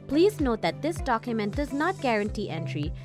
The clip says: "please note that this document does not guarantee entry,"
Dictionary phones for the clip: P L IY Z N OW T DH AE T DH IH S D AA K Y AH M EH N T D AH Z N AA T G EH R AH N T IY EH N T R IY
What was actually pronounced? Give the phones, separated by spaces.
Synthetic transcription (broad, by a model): P L IY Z N OW T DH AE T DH IH S D AA K Y AH M EH N T D AH Z N AA T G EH R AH N T IY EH N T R IY